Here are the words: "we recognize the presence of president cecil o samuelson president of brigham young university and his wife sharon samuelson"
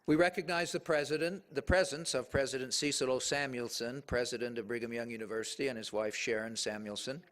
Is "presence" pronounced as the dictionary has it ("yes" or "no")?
yes